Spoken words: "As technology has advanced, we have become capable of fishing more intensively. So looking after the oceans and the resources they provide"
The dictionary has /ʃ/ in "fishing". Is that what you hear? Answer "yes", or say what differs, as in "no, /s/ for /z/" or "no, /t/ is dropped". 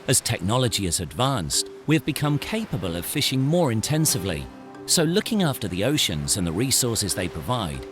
yes